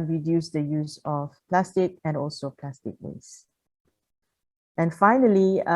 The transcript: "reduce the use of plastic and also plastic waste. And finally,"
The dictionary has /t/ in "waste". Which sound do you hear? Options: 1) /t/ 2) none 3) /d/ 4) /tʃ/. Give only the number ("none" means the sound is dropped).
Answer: 2